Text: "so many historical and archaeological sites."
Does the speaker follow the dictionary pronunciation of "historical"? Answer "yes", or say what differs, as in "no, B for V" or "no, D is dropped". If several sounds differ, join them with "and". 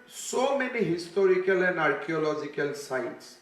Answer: yes